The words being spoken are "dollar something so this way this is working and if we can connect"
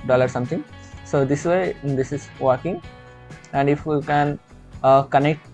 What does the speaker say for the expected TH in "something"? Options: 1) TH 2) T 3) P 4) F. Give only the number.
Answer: 2